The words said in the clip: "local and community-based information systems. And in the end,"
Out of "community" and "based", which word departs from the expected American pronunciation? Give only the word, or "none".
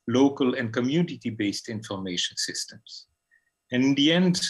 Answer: none